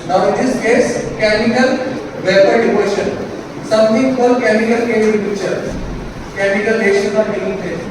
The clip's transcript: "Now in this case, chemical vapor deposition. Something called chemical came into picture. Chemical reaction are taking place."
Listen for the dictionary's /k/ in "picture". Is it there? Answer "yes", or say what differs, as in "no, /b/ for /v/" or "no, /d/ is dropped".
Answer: no, /k/ is dropped